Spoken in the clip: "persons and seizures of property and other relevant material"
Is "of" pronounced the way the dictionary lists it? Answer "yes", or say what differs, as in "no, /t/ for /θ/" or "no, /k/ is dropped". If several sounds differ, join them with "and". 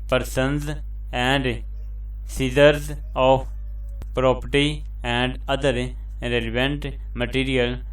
no, /p/ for /v/